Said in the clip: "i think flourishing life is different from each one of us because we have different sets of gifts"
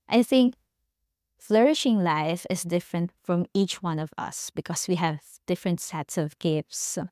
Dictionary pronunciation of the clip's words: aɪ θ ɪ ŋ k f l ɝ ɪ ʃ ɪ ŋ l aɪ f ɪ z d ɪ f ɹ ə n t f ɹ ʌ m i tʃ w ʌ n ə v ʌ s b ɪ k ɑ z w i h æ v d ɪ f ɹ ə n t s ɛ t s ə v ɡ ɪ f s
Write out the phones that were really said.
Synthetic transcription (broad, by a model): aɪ θ ɪ ŋ k f l ɝ ɪ ʃ ɪ ŋ l aɪ f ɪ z d ɪ f ɹ ə n t f ɹ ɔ m i tʃ w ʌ n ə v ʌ s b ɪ k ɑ s w i h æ v d ɪ f ɹ ə n t s ɛ t s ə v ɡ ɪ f s